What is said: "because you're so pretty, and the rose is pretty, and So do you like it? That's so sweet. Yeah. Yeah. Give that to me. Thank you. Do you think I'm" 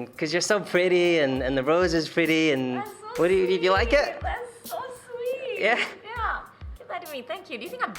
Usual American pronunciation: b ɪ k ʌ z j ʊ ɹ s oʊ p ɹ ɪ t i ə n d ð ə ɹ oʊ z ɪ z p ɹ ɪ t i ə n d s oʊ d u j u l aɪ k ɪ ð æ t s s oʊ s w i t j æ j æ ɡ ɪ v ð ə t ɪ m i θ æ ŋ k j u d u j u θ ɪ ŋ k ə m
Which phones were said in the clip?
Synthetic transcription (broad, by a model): k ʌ z j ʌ ɹ s oʊ p ɹ ɪ t i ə n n ð ə ɹ oʊ z ɪ z p ɹ ɪ t i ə n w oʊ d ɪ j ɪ l aɪ k ɪ t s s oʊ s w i j æ j æ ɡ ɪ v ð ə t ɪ m i θ æ ŋ k j u d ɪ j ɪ θ ɪ ŋ k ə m